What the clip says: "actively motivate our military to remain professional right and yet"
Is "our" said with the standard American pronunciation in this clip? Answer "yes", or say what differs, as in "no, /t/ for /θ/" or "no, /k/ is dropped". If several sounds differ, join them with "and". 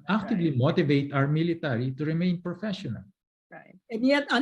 no, /w/ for /ɹ/